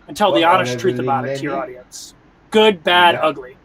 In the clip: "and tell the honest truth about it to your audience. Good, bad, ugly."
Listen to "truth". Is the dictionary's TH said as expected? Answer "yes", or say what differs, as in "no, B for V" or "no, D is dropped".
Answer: yes